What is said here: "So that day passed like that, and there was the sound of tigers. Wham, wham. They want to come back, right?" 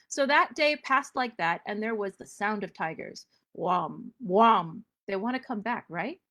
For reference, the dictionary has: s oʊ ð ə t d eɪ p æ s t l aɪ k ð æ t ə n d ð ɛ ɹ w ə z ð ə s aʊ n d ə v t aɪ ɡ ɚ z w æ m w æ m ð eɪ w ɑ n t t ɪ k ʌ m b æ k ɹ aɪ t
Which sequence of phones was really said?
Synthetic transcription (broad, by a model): s oʊ ð ə t d eɪ p æ s t l aɪ k ð æ t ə n ð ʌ ɹ w ə z ð ə s aʊ n d ə v t aɪ ɡ ɚ z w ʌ m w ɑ m ð eɪ w ɑ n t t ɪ k ʌ m b æ k ɹ aɪ t